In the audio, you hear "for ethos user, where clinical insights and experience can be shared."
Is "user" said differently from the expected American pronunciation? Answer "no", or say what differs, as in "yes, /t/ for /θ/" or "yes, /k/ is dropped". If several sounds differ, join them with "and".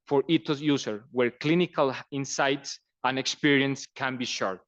yes, /s/ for /z/